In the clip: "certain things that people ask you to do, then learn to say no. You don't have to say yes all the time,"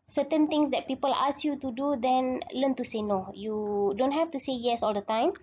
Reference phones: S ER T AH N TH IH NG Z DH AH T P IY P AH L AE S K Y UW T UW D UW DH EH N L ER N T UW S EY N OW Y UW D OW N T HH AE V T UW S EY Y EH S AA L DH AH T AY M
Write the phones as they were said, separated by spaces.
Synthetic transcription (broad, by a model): S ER T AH N T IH NG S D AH T P IY P AH L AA S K Y UW T UW D UW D EH N L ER N T UW S EY N OW Y UW D OW N T HH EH F T UW S EY Y EH S AA L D AH T AY M